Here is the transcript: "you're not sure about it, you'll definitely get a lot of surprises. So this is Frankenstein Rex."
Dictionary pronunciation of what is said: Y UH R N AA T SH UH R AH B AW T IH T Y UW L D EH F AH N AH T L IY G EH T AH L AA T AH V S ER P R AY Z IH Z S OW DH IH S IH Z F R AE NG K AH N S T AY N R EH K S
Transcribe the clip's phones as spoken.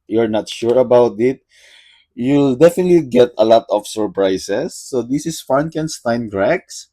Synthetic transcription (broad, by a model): Y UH R N AA T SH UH R AH B AW T IH T Y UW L D EH F AH N AH T L IY G EH T AH L AA T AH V S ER P R AY S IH S OW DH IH S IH S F AA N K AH N S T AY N R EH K S